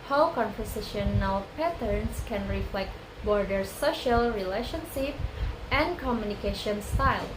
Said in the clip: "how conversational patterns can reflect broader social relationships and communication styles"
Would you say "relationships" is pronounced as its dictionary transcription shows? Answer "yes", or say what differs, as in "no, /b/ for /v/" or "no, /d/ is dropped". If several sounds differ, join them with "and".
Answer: no, /s/ is dropped